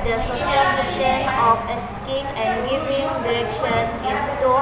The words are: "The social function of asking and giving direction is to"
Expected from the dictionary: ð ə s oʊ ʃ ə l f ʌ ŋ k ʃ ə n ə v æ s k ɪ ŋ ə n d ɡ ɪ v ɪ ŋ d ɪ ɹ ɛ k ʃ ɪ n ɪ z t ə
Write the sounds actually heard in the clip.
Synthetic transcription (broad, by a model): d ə s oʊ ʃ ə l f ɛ k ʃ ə n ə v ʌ s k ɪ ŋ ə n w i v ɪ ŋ d ɪ ɹ ɛ k ʃ ɪ n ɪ s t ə